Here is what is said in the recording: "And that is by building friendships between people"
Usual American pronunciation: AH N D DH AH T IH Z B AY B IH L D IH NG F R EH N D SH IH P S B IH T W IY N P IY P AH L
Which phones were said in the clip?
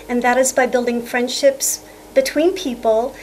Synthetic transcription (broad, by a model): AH N DH AH T IH Z B AY B IH L D IH NG F R EH N D SH IH P S B IH T W IY N P IY P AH L